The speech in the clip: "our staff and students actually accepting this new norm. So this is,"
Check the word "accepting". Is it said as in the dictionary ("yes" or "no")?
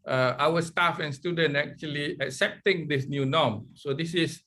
yes